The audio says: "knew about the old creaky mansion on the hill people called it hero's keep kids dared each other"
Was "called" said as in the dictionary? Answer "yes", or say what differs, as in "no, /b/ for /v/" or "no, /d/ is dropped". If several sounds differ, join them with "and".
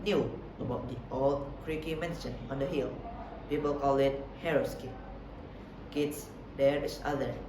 no, /d/ is dropped